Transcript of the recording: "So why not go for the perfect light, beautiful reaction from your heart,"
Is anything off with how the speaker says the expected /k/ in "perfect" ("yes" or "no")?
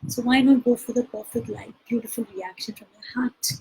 yes